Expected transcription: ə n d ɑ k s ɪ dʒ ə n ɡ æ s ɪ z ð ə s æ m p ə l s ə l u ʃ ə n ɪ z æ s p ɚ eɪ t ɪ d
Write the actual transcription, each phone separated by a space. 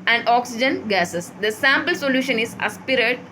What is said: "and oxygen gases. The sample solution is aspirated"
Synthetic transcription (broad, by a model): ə n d ɑ k s ɪ dʒ ə n ɡ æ s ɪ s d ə s æ m p ə l s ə l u ʃ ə n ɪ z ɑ s p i t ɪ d